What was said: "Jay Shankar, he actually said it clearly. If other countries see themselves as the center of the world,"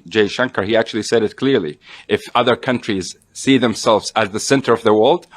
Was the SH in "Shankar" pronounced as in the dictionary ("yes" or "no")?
yes